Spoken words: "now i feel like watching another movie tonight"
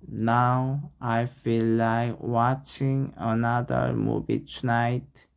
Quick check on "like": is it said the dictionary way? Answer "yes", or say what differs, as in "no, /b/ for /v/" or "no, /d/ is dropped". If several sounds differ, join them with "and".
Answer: yes